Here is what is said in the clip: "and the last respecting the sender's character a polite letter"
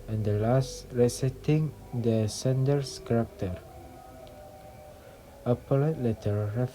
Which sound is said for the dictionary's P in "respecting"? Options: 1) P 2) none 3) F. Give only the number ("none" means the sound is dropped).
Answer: 2